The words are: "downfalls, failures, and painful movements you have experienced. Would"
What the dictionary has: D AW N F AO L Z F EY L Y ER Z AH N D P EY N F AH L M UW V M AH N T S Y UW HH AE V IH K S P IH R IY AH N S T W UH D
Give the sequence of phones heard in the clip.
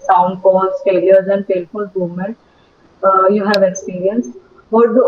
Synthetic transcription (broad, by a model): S AW N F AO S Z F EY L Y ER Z AH N D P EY L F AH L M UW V M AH N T Y UW HH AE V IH K S P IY R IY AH N S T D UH